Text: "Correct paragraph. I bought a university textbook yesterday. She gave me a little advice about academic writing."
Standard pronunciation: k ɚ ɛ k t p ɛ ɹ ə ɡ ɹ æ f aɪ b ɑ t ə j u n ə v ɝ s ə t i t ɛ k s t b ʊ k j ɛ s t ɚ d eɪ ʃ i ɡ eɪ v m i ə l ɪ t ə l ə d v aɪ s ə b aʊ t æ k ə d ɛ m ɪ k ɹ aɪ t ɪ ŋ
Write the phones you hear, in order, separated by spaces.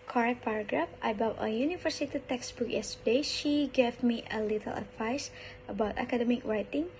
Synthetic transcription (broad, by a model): k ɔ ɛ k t p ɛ ɹ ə ɡ ɹ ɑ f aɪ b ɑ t ə j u n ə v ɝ s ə t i t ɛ k s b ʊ k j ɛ s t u d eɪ ʃ i ɡ eɪ v m i ə l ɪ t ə l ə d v aɪ s ə b aʊ t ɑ k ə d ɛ m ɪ k ɹ aɪ t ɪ ŋ